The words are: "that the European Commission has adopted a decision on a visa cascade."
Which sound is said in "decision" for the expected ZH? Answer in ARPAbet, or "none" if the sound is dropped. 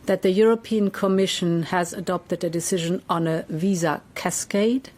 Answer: ZH